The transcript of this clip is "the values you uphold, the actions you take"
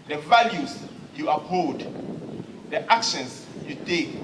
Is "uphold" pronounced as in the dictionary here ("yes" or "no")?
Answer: no